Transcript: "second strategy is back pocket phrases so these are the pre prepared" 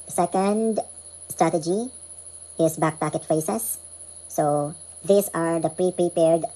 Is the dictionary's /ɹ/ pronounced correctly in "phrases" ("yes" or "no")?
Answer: no